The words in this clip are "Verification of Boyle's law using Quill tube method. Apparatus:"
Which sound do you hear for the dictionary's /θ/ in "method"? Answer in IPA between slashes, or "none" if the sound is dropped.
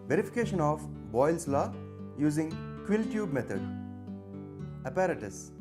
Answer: /t/